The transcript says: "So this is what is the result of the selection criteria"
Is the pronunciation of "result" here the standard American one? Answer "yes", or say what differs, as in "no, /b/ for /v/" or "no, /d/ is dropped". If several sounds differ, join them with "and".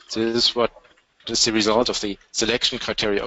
yes